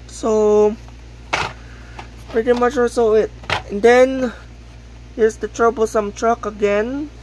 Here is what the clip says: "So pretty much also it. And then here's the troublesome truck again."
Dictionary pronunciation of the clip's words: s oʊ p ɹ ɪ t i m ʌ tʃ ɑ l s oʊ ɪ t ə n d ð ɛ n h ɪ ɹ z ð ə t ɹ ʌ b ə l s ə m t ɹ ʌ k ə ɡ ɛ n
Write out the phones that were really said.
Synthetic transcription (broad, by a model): s oʊ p ɹ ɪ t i m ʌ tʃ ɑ s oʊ ɪ t ə n d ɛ n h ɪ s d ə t ɹ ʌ b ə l s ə m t ɹ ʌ k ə ɡ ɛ n